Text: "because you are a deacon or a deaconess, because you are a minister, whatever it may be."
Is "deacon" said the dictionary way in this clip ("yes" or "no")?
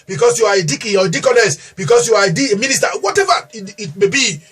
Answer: no